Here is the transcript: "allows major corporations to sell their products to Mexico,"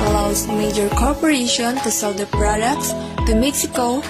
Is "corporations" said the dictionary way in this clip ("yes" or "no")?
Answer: no